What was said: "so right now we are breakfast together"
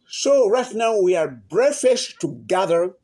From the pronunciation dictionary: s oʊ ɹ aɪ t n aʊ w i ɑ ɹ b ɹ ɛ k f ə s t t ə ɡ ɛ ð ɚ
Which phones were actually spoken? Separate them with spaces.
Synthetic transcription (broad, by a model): s oʊ ɹ aɪ t n aʊ w i ɑ ɹ b ɹ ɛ f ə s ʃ t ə ɡ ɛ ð ɚ